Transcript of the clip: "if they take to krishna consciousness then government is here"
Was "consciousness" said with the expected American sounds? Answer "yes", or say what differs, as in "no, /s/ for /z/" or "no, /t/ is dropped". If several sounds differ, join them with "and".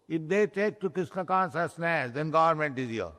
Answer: no, /s/ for /ʃ/